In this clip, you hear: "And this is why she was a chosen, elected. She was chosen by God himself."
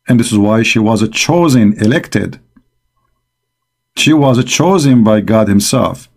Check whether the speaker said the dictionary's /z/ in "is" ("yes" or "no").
yes